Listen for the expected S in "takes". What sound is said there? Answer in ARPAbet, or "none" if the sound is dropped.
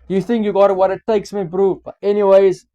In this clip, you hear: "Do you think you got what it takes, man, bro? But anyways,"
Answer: S